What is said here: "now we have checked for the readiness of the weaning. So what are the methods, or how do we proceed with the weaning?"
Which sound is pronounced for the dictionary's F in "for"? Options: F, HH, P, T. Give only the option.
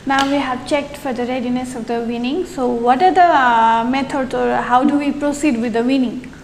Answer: F